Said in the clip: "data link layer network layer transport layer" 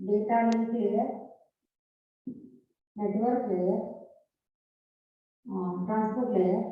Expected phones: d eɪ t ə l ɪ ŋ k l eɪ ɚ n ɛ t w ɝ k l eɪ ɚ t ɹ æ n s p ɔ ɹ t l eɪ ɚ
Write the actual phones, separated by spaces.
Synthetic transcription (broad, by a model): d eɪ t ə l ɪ k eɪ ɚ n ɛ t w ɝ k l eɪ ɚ t ɹ æ n s p ɔ ɹ t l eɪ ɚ